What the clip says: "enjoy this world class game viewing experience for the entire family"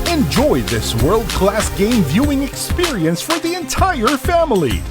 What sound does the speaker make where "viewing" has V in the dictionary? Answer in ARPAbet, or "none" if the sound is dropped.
V